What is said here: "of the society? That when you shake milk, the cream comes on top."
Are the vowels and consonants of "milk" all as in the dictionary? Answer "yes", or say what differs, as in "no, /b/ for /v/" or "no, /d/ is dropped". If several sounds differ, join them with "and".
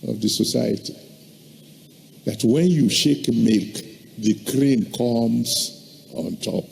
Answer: no, /l/ is dropped